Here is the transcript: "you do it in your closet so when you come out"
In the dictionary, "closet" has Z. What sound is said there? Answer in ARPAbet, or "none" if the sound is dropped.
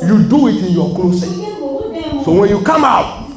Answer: S